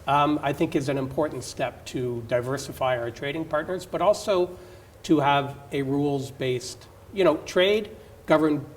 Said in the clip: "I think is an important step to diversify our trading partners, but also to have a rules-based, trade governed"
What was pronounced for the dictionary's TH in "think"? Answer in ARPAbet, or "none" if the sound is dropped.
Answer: TH